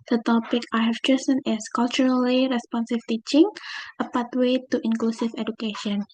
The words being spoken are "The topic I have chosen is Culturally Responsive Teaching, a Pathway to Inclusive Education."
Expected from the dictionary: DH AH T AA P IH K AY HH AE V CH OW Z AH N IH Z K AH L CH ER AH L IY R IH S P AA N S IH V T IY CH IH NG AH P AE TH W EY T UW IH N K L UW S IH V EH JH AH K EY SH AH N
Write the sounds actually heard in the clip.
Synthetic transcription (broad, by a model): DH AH T AA P IH K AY HH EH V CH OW S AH N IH S K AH L CH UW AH L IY R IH S P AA N S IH F T IY CH IH NG AH P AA T W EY T UW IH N K L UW S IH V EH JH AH K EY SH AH N